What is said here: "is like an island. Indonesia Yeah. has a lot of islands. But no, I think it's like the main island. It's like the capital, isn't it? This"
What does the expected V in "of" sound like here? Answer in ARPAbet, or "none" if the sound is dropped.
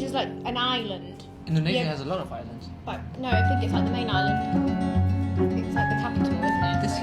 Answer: V